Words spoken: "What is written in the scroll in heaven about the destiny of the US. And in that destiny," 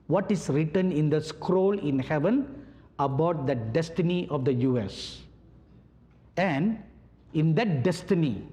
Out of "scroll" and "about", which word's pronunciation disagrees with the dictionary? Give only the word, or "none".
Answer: none